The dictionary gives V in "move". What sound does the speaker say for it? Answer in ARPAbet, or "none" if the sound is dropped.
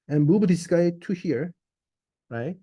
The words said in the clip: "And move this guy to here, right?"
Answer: B